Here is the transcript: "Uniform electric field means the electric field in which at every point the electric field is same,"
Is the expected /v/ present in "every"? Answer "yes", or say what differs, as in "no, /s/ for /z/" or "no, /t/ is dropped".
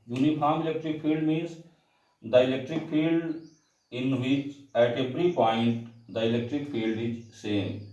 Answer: no, /p/ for /v/